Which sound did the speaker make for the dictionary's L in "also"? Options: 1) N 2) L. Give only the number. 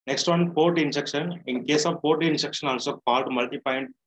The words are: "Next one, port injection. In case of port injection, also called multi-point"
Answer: 1